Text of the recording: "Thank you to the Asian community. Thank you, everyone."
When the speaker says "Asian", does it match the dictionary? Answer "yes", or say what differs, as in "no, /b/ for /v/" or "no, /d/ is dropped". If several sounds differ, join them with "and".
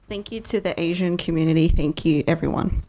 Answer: yes